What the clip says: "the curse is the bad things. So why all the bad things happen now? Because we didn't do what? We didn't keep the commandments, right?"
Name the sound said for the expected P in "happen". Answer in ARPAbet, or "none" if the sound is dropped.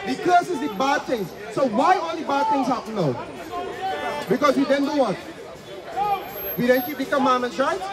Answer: none